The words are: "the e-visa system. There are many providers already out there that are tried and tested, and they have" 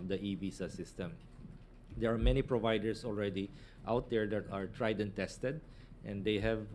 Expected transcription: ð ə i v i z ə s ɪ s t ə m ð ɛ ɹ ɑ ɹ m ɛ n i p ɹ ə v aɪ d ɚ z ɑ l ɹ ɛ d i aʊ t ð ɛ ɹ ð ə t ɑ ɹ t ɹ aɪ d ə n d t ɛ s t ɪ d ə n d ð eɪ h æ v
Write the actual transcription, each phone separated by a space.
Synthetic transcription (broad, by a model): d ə i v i s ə s ɪ s t ə m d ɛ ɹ ɑ ɹ m ɛ n i p ɹ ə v aɪ d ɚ s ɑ l ɹ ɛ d i aʊ t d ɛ ɹ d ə t ɑ ɹ t ɹ aɪ d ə n t ɛ s t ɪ d ə n d eɪ h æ v